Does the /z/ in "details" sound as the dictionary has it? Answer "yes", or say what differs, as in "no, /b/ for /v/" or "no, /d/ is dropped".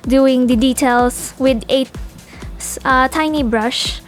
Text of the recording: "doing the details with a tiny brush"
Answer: no, /s/ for /z/